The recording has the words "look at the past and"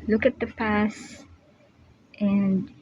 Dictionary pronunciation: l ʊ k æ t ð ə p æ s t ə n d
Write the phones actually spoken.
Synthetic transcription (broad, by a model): l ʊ k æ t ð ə p æ s t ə n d